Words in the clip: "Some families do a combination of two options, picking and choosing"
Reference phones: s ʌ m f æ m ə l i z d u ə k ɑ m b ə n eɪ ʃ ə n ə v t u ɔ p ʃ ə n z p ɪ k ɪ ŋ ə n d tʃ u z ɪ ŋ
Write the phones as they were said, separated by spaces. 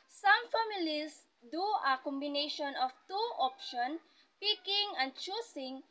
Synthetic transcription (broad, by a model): s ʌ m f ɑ m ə l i s d u ə k ɑ m b ə n eɪ ʃ ə n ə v t u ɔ p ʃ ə n p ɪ k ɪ ŋ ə n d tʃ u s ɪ ŋ